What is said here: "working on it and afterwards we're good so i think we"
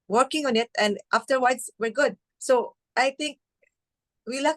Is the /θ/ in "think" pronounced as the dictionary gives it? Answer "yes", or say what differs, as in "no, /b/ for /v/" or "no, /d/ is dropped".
no, /t/ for /θ/